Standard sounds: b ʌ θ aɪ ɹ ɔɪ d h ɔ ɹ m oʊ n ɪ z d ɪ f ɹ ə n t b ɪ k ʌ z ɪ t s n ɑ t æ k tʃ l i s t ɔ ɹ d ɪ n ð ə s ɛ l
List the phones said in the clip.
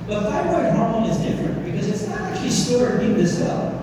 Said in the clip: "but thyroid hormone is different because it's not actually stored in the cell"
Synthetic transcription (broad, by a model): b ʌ t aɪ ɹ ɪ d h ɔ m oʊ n ɪ z d ɪ f ɹ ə n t b ɪ k ʌ z ɪ t s n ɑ t æ k tʃ l i s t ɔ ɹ ɪ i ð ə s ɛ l